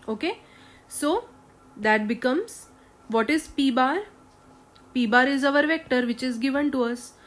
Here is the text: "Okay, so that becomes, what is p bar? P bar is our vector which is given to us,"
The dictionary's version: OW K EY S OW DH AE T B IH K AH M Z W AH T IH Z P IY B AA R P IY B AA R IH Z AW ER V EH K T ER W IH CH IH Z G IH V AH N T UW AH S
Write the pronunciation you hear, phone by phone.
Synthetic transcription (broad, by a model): OW K EY S OW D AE T B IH K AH M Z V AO T IH Z P IY B AA R P IY B AA R IH Z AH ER V EH K T ER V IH CH IH Z G IH V AH N T UW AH S